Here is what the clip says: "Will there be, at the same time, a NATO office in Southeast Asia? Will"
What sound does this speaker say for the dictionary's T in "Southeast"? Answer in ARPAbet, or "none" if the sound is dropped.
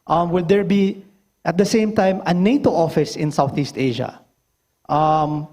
T